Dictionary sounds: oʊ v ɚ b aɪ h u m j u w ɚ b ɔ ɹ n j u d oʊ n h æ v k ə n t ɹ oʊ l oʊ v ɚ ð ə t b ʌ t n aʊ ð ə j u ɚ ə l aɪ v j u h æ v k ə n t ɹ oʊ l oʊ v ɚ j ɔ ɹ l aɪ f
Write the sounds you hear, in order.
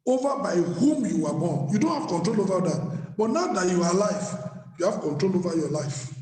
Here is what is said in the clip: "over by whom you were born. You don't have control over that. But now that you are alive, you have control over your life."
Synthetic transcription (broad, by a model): oʊ v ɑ b aɪ h u m j u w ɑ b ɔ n j u d oʊ n h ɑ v k ə n t ɹ oʊ l oʊ v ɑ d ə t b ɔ t n aʊ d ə j u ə l aɪ f j u h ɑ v k ə n t ɹ oʊ l oʊ v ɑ j ɔ l aɪ f